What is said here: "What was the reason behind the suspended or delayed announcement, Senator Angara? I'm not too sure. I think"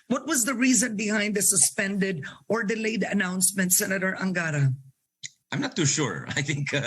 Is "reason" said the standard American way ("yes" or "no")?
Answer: yes